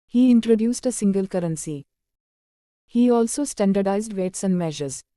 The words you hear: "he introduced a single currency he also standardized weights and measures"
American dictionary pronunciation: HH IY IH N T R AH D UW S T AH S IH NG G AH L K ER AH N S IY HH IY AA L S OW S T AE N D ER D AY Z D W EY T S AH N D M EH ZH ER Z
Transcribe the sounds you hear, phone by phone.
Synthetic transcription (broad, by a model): HH IY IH N T R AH D UW S T AH S IH NG G AH L K ER AH N S IY HH IY AA L S OW S T AE N D ER D AY Z D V EY T S AH N D M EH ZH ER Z